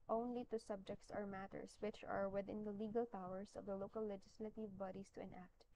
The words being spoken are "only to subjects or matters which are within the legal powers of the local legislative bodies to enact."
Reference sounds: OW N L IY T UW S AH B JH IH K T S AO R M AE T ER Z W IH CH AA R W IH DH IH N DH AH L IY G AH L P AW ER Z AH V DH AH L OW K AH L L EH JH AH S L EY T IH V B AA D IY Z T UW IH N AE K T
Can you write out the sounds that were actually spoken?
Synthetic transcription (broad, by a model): OW N L IY T UW S AH B JH IH K T S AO R M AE T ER S W IH CH AA R W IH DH IH N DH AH L IY G AH L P AW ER S AH V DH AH L OW K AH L L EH JH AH S L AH T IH V B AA D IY S T UW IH N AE K T